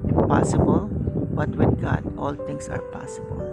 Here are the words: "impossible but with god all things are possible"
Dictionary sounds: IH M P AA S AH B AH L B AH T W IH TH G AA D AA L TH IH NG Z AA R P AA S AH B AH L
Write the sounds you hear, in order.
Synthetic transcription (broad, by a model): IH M P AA S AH B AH L B AH T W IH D G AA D AA L T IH NG S AA R P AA S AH B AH L